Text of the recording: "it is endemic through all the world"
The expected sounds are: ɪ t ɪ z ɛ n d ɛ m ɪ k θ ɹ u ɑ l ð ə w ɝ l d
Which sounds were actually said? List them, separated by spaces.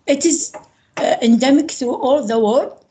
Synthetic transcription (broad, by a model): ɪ t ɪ z ɛ n d ɛ m ɪ k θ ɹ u ɑ l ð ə w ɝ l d